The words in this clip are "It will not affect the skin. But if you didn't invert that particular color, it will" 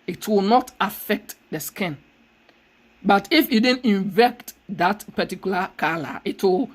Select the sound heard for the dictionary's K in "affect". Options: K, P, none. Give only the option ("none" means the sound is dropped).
K